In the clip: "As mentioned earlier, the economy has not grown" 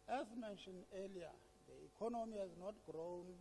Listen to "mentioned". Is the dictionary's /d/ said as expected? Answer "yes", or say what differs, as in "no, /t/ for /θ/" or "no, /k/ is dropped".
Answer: no, /d/ is dropped